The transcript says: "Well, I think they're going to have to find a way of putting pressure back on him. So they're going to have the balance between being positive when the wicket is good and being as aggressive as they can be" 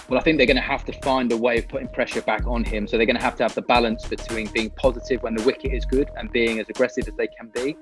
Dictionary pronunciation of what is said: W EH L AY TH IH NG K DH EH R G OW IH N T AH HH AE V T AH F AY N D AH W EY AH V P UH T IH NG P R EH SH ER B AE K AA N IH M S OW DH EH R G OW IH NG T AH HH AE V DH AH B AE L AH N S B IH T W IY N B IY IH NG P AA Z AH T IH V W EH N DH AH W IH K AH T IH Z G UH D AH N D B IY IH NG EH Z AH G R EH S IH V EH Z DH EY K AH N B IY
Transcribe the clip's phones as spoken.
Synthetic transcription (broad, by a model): W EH L AY TH IH NG K DH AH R G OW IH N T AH HH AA F T AH F AY N D AH W EY AH V P UH T IH NG P R EH SH ER B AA K N IH M S OW DH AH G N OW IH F T AH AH V DH AH B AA L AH N S B IH T W IY N B IY IH NG P AA Z AH T IH V W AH N DH AH W IH K AH T IH Z G UH D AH N B IY IH NG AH Z AH G R EH S IH V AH Z DH EY K AH N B IY